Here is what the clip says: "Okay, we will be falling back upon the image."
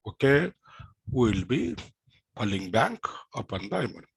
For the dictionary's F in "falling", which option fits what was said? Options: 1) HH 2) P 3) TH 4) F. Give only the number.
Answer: 2